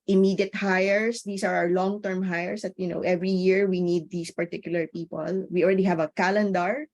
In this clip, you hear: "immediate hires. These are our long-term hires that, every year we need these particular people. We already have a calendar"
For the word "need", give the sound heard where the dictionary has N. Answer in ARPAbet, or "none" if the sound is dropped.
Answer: N